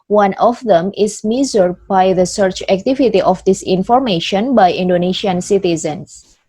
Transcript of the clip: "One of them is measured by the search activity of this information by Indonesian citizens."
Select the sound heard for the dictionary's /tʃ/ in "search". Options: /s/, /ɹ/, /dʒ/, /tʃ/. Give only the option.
/tʃ/